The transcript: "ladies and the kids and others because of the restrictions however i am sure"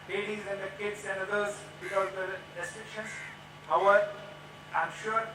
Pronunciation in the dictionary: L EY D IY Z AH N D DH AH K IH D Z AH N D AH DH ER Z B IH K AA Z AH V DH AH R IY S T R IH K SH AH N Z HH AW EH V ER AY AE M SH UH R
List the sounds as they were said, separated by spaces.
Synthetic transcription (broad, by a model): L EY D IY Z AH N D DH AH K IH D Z AH N D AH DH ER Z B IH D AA AH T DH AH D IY S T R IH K SH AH N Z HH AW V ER AY M SH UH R